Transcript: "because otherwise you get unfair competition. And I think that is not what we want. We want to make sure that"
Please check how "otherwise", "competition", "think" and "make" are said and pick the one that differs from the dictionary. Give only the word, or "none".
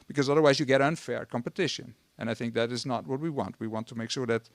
none